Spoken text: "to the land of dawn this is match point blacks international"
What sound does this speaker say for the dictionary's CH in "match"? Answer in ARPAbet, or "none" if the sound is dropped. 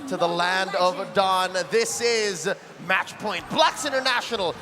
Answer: CH